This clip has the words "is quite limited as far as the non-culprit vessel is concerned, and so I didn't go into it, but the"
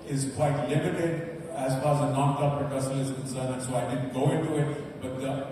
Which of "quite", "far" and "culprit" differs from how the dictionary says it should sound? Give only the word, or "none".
culprit